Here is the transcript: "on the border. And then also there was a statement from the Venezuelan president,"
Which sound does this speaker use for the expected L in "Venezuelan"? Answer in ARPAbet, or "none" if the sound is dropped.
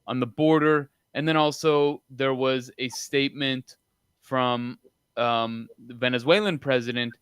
L